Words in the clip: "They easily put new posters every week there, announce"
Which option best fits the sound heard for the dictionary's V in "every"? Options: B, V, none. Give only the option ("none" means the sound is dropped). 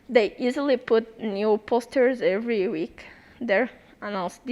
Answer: V